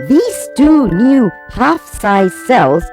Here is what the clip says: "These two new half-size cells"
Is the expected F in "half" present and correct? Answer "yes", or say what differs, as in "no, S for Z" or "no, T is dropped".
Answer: yes